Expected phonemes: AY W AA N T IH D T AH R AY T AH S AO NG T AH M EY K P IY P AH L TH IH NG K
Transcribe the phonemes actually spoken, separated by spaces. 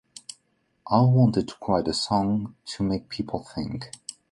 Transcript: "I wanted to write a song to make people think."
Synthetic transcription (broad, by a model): AY W AA N T IH D T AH R AY T AH S AO NG T AH M EY K P IY P L TH IH NG K